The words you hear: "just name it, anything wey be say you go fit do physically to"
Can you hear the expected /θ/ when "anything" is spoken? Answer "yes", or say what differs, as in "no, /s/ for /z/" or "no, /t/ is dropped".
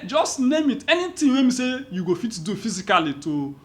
no, /t/ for /θ/